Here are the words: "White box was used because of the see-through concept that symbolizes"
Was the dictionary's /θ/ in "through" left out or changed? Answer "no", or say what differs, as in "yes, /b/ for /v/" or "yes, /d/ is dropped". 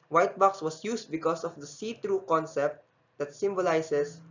yes, /t/ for /θ/